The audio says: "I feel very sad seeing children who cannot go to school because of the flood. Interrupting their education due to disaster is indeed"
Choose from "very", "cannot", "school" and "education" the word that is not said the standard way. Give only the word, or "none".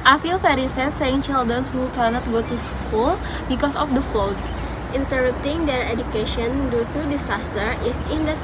very